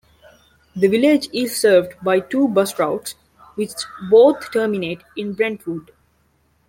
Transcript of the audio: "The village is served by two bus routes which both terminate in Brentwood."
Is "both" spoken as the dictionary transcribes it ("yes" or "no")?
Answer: no